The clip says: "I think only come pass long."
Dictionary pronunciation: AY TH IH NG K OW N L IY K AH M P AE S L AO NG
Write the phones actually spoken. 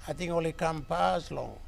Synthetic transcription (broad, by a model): AY T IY NG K OW L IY K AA M P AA S L AO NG